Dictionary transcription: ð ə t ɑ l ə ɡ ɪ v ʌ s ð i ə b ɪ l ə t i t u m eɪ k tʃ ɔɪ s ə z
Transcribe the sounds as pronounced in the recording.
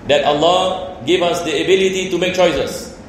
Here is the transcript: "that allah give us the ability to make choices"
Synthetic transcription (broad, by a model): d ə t ɑ l ə ɡ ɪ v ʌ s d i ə b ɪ l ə t i t u m eɪ k tʃ ɔɪ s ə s